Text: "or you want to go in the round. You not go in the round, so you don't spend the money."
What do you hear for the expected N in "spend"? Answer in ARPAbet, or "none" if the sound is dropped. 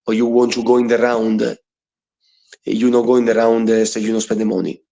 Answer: none